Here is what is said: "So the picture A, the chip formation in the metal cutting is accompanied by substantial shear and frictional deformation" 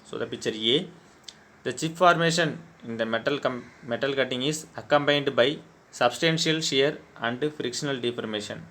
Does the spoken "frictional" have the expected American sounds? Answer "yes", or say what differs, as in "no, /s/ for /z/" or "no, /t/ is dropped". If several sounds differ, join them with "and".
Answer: yes